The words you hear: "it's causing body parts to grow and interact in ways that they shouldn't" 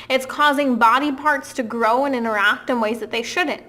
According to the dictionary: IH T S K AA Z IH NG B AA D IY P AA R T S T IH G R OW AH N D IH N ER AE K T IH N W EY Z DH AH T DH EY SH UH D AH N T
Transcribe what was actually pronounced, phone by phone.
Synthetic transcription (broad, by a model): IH T S K AA Z IH NG B AA D IY P AA R T S T IH G R OW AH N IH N ER AE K T IH N W EY Z DH AH T DH EY SH UH D N T